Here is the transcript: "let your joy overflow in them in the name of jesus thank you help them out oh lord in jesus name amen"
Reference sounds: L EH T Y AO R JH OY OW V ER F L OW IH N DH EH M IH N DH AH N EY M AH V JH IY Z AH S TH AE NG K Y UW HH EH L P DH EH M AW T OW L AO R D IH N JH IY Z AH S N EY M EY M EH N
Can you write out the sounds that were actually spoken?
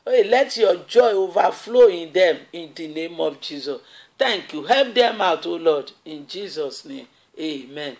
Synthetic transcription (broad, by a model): L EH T Y AO JH OY OW V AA F L OW IH N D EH M IH N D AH N EY M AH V JH IY Z AH S T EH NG K Y UW HH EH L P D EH M AW T OW L AO D IH N JH IY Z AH S N EY M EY M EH N